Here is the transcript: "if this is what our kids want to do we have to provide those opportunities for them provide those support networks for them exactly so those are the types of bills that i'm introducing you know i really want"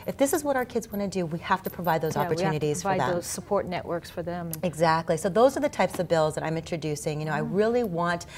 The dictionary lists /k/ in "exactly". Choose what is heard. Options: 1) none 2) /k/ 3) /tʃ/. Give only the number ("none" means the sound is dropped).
2